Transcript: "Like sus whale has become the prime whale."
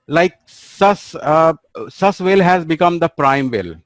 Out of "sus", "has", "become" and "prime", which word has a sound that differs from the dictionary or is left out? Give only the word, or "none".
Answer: none